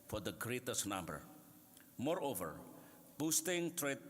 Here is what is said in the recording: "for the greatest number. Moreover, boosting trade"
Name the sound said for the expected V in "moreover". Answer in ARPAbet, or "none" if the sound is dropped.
V